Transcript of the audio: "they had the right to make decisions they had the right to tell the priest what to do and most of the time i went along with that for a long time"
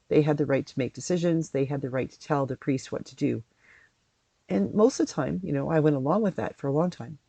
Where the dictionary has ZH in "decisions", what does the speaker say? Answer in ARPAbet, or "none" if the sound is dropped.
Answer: ZH